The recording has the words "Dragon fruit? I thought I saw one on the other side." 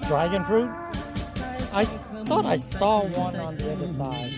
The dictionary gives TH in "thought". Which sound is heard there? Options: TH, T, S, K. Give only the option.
TH